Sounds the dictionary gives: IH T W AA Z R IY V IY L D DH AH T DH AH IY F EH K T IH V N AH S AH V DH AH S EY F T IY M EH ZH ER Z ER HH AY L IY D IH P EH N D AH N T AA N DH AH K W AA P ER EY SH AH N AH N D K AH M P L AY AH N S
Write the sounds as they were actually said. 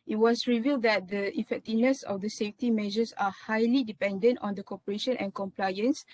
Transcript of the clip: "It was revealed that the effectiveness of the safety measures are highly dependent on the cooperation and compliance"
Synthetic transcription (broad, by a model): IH T W AA S R IY V IY L D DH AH T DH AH IY F EH K T IH V N AH S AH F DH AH S EY F T IY M EH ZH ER S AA HH AY L IY D IH P EH N D AH N T AA N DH AH K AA P ER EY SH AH N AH N K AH M P L AY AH N S